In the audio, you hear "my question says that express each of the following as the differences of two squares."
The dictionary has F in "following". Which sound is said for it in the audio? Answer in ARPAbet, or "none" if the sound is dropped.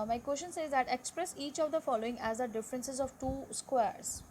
F